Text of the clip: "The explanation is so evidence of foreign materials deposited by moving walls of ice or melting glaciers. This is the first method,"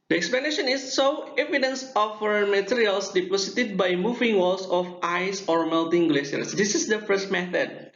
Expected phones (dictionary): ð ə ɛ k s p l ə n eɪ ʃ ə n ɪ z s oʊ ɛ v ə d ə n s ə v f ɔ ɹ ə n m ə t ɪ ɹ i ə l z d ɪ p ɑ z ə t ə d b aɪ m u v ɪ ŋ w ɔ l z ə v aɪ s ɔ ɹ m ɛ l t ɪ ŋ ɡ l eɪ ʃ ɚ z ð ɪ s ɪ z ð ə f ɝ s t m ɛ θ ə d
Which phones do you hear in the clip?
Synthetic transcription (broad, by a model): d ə ɛ k s p l ə n eɪ ʃ ə n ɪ s oʊ ɛ v ə d ə n s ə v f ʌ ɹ m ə t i ɹ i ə l s d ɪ p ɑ s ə t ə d b aɪ m u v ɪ ŋ w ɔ l s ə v aɪ s ɔ ɹ m ɛ l t ɪ ŋ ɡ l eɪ s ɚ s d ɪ s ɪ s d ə f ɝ s t m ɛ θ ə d